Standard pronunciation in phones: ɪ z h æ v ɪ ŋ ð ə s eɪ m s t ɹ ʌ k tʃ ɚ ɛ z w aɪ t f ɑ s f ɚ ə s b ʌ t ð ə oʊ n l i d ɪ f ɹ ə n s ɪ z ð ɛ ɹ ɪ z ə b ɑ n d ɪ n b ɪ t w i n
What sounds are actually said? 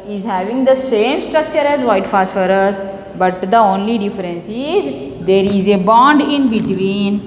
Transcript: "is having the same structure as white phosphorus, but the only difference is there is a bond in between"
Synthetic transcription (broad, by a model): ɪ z h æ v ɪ ŋ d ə s eɪ m s t ɹ ʌ k tʃ ɚ ɛ z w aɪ t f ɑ s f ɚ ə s b ʌ t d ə oʊ n l i d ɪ f ɹ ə n s ɪ z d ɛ ɹ ɪ z ə b ɑ n d ɪ n b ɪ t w i n